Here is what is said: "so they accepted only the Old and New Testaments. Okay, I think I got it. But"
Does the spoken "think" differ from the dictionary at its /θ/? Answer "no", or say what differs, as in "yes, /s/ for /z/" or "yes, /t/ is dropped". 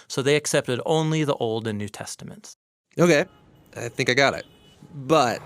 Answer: no